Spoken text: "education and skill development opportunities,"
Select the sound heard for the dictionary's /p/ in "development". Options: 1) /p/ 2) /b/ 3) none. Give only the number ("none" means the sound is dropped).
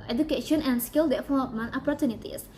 3